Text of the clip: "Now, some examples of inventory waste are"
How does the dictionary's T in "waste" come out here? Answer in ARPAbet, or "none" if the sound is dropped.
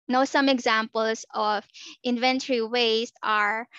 T